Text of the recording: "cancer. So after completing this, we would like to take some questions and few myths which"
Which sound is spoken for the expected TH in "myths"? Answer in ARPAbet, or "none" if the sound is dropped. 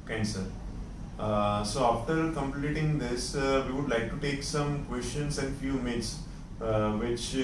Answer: T